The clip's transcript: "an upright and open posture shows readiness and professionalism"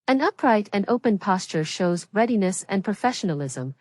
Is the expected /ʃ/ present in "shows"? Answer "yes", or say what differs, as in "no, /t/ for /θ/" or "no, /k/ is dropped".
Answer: yes